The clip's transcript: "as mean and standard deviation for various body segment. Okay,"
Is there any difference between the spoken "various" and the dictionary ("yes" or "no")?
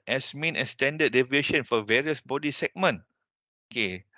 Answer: no